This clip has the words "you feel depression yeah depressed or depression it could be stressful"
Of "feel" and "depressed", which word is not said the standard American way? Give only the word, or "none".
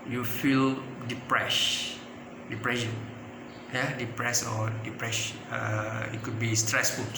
depressed